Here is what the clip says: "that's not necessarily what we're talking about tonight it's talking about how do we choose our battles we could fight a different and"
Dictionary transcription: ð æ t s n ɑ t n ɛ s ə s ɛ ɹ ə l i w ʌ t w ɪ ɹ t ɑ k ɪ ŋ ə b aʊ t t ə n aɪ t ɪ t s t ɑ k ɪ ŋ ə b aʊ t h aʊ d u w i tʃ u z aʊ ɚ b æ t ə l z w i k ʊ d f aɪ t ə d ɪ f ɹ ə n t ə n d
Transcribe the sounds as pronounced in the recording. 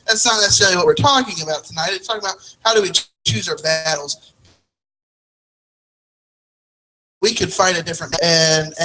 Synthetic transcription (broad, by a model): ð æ t s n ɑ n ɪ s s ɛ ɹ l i w ʌ t w ɪ ɹ t ɑ k ɪ ŋ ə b aʊ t t ə n aɪ t ɪ t s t ɑ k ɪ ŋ ə b aʊ t h aʊ d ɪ w i tʃ u z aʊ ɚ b æ t l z w i k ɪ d f aɪ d ə d ɪ f ɹ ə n ə n